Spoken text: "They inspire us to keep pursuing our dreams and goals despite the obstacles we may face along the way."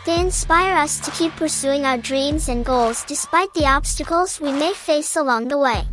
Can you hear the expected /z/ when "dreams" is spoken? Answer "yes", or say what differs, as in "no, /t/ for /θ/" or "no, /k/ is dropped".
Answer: yes